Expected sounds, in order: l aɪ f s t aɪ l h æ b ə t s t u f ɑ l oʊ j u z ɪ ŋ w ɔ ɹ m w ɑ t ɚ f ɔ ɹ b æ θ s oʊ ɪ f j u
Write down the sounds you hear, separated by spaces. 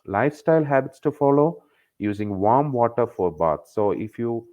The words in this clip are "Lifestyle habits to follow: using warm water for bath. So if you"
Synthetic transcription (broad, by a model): l aɪ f s t aɪ l h æ b ə t s t u f ɑ l oʊ j u z ɪ ŋ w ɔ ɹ m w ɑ t ɚ f ɔ ɹ b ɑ t s oʊ ɪ f j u